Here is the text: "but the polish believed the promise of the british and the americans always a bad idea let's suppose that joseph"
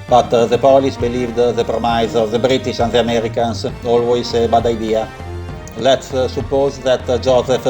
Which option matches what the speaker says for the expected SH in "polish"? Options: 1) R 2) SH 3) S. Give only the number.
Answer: 3